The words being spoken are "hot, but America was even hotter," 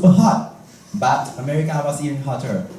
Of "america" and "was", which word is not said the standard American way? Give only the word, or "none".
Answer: was